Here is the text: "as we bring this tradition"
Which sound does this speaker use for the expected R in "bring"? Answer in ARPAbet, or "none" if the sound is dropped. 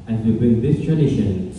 none